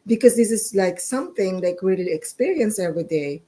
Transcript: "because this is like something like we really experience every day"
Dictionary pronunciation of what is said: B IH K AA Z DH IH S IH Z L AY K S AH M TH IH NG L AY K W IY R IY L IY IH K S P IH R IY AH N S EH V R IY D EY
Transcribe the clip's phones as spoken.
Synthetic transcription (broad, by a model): B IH K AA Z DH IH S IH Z L AY K S AH M TH IH NG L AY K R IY L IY IY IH K S P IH R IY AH N S EH V R IY D EY